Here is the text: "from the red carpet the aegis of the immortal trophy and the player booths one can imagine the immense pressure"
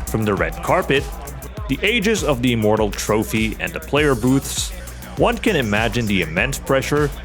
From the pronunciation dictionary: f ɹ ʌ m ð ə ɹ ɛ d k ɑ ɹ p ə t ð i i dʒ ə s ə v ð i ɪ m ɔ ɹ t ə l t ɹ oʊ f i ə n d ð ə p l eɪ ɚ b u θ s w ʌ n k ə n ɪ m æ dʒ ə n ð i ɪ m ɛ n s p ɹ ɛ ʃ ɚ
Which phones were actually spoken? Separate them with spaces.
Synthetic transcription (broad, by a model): f ɹ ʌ m ð ə ɹ ɛ d k ɑ ɹ p ə t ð i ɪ dʒ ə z ə v ð i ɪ m ɔ ɹ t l t ɹ oʊ f i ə n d ð ə p l eɪ ɚ b u θ s w ʌ n k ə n ɪ m æ dʒ ə n ð i ɪ m ɛ n s p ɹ ɛ ʃ ɚ